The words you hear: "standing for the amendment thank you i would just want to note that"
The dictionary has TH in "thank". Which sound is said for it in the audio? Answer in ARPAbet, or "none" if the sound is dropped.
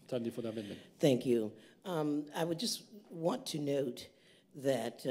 TH